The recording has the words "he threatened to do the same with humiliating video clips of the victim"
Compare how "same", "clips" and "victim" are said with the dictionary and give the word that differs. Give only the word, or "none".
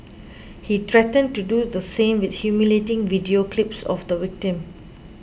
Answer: victim